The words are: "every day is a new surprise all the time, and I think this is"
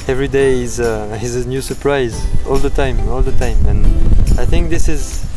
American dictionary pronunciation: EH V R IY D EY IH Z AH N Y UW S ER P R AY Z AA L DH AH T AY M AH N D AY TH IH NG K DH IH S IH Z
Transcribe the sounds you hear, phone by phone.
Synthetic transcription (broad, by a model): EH V R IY D EY IH Z AH N Y UW S ER P R AY Z AA L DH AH T AY M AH L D AY TH IH NG K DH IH S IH Z